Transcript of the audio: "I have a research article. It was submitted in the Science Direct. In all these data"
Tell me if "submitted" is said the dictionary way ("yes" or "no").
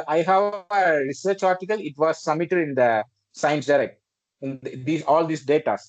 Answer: no